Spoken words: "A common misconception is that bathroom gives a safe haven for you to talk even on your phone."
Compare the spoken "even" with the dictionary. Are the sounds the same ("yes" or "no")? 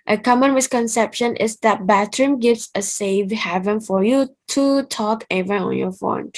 no